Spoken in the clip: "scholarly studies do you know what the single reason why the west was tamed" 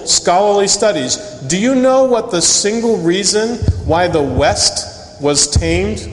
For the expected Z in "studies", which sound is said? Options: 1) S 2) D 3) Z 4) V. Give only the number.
3